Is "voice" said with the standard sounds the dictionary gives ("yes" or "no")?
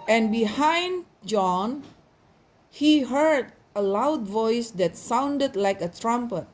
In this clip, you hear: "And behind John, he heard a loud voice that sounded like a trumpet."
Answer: yes